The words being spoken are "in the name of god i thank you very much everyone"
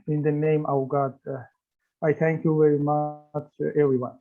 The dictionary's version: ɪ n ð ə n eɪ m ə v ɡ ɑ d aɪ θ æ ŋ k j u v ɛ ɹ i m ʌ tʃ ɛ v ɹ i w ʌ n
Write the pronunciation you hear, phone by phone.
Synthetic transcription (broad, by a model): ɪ n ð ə n eɪ m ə w ɡ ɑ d aɪ θ æ ŋ k j u v ɛ ɹ i m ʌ tʃ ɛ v ɹ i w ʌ n